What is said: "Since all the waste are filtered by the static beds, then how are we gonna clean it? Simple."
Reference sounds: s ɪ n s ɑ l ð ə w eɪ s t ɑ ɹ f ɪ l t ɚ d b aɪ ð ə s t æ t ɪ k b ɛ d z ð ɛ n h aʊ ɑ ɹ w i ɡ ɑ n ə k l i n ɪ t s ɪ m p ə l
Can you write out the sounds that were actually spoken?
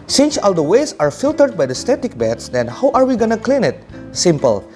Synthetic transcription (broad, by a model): s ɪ n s ɑ l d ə w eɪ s ɑ ɹ f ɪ l t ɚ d b aɪ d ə s t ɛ t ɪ k b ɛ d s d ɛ n h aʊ ɑ ɹ w i ɡ ɑ n ə k l i n ɪ t s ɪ m p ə l